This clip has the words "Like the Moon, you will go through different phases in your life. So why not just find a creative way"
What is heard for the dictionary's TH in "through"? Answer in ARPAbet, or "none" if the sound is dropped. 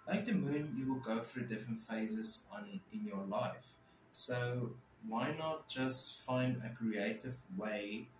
F